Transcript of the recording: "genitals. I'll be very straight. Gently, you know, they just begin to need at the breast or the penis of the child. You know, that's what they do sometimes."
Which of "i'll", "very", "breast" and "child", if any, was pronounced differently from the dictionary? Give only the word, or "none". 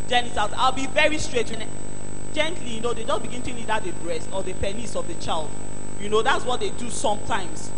none